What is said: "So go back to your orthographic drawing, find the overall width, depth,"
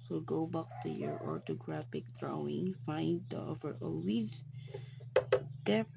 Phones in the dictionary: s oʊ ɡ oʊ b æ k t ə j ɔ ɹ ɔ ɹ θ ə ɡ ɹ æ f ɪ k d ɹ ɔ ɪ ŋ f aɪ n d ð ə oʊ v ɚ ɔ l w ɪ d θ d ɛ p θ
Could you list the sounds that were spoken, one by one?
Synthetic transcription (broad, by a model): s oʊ ɡ oʊ b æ k t ə j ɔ ɹ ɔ ɹ t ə ɡ ɹ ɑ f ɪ k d ɹ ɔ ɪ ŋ f aɪ n d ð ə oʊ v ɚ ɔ l w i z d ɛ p